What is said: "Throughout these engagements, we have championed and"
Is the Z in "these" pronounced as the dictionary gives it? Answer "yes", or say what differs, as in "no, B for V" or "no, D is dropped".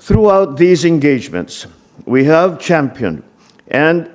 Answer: yes